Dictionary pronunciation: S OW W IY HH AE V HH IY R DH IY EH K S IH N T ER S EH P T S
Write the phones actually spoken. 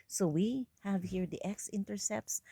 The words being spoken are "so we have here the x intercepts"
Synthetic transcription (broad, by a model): S OW W IY HH AE V HH IY R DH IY EH K S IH N T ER S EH P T S